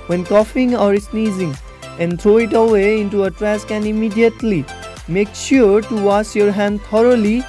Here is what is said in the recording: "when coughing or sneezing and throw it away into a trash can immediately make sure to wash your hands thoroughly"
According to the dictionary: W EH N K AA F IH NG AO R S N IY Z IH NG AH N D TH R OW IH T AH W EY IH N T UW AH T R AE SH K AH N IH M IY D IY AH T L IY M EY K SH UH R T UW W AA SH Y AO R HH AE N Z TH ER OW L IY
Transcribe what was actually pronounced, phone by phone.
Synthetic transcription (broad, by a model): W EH N K AA F IH NG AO R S N IY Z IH NG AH N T R OW IH T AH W EY IH N T UW AH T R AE S K AH N IH M IY D IY AH T L IY M EY K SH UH R T UW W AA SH Y AO R HH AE N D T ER OW L IY